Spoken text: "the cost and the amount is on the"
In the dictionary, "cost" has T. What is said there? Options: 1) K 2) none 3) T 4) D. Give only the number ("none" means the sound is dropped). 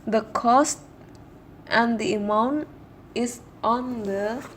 3